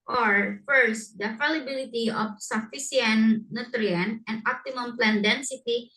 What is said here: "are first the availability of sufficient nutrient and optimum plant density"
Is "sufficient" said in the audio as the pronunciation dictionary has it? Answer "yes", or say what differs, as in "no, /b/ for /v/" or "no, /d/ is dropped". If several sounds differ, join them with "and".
no, /s/ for /ʃ/